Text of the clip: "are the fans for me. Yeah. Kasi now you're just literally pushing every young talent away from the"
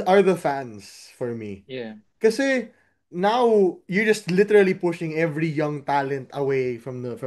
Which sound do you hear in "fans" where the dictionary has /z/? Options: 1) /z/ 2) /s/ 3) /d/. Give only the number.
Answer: 2